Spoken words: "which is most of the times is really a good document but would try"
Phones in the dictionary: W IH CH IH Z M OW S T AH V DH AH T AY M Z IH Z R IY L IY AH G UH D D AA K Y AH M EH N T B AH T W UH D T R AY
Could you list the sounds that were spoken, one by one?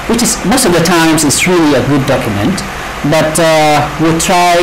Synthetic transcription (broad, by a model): W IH CH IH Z M OW S T AH V DH AH T AY M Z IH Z R IY L IY AH G UH D D AA K Y AH M EH N T B AH T W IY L T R AY